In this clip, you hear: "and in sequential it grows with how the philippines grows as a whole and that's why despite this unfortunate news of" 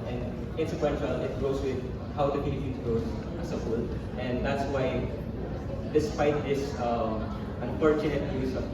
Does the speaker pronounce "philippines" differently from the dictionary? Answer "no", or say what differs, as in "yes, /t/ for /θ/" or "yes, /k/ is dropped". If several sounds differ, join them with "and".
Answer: yes, /p/ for /f/ and /n/ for /l/